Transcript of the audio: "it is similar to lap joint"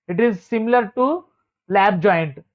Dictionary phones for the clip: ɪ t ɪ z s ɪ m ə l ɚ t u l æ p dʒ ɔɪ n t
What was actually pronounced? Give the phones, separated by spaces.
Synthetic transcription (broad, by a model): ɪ t ɪ z s ɪ m ə l ɚ t u l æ b dʒ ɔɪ n t